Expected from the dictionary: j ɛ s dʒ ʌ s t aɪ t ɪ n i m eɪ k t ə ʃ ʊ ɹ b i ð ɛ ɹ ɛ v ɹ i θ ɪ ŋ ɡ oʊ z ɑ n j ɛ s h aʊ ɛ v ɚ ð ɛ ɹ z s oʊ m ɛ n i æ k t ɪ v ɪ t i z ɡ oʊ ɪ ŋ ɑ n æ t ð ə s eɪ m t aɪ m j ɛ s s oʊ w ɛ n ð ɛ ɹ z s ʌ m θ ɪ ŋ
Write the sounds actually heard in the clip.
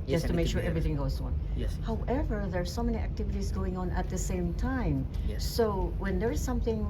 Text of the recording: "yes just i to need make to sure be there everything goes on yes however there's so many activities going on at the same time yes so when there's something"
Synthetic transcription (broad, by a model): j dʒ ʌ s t t ɪ m eɪ k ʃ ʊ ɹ ɹ ɛ v ɹ i θ ɪ ŋ ɡ oʊ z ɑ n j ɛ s h aʊ ɛ v ɚ ð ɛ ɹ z s oʊ m ɛ n i æ k t ɪ v ɪ t i z ɡ oʊ ɪ ŋ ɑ n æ t ð ə s eɪ m t aɪ m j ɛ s s oʊ w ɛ n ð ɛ ɹ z s ʌ m θ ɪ ŋ